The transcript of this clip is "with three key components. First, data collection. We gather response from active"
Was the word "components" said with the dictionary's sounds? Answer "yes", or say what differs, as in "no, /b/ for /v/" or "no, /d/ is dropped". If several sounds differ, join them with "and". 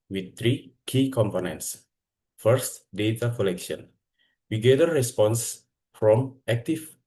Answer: yes